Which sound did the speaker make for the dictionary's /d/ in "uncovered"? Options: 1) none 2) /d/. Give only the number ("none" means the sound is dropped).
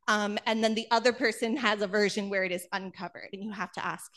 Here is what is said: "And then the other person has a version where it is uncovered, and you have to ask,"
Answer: 2